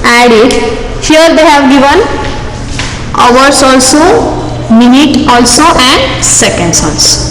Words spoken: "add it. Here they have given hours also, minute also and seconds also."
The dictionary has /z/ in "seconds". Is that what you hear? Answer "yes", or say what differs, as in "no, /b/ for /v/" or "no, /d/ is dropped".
no, /s/ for /z/